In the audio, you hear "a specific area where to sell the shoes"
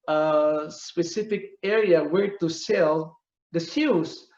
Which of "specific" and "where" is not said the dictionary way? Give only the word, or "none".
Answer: none